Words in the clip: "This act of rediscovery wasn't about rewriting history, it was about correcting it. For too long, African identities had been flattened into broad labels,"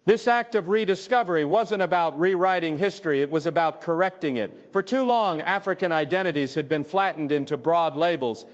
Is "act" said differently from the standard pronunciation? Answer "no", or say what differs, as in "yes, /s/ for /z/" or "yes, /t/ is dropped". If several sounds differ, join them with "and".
no